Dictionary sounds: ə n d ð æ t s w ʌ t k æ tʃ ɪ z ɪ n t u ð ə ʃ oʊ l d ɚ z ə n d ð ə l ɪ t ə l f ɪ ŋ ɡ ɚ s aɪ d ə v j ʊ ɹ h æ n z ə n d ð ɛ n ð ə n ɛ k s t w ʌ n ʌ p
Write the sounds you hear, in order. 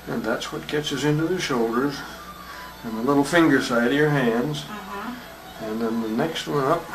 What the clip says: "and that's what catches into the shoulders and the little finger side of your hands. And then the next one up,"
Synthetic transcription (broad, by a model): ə n ð æ t s w ʌ t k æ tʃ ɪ s ɪ n t u ð ə ʃ oʊ l d ɚ z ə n ð ə l ɪ t l f ɪ ŋ ɡ ɚ s aɪ d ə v j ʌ ɹ h æ n z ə n ð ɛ n ð ə n ɛ k s t w ʌ n ʌ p